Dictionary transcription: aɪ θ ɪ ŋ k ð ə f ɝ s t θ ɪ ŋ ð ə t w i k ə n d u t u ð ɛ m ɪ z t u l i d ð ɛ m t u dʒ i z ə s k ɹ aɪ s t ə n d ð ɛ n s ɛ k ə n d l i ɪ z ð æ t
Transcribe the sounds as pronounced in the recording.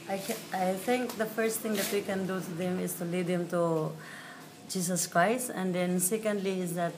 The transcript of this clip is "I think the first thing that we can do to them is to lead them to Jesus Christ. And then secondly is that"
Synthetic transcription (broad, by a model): aɪ t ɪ ŋ k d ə f ɝ s t t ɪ ŋ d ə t w i k ə n d u t u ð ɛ m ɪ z t u l i d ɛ m t u dʒ i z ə s k ɹ aɪ s t ə n d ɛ n s ɛ k ə n d l i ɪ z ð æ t